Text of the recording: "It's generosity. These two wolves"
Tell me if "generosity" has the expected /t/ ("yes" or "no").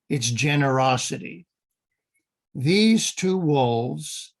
yes